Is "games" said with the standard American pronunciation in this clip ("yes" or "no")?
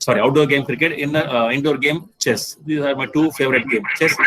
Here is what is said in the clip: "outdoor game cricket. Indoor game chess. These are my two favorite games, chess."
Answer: no